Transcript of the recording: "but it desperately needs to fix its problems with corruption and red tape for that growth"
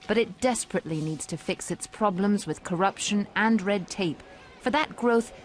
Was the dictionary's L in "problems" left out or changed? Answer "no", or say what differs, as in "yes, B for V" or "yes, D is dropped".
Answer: no